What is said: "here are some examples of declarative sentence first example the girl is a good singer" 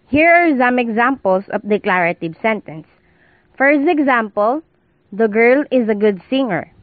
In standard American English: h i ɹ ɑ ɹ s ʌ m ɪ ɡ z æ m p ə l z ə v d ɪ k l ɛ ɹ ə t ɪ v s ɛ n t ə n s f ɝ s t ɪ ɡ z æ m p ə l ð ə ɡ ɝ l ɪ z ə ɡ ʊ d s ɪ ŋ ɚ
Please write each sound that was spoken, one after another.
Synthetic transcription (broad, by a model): h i ɹ ɑ ɹ s ʌ m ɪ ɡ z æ m p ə l s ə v d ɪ k l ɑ ɹ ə t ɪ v s ɛ n t ə n s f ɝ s ɪ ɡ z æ m p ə l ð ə ɡ ɝ l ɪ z ə ɡ ʊ d s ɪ ŋ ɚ